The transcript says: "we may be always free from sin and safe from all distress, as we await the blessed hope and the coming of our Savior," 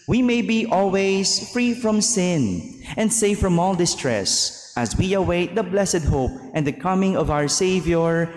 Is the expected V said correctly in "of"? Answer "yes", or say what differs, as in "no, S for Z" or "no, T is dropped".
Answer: yes